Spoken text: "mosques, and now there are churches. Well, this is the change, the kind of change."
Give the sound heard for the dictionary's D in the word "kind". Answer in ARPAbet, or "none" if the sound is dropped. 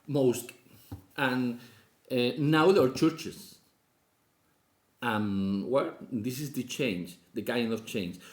none